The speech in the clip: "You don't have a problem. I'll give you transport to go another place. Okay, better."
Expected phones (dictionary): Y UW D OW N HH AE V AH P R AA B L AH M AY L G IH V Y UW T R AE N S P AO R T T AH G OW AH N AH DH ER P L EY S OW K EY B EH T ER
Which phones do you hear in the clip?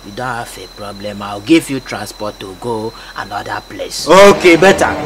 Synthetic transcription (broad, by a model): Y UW D OW N HH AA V AH P R AA B L AH M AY W G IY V Y UW T R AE N S P AO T T AH G OW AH N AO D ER P L EY S OW K EY B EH T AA